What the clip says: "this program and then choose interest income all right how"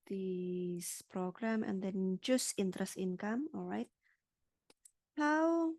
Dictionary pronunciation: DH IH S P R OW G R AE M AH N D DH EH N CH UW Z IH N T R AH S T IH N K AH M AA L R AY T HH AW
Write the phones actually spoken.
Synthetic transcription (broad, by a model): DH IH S P R OW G R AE M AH N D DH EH N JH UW S IH N T R AH S T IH N K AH M AA L R AY T HH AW